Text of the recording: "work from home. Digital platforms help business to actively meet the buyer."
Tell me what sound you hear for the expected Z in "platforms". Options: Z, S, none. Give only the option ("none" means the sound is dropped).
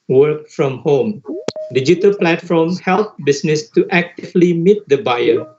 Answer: none